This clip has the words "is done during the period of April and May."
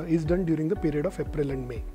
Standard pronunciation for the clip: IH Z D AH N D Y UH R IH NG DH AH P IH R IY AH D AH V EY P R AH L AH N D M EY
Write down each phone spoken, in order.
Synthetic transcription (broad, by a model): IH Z D AH N D Y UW R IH NG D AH P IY R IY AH D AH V EY P R AH L AH N D M EY